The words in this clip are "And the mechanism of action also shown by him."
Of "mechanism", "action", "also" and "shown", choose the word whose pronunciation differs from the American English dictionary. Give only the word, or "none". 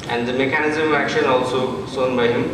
shown